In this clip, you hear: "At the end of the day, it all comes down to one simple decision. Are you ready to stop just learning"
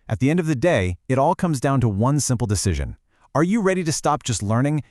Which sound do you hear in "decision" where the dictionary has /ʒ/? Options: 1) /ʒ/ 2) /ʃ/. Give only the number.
1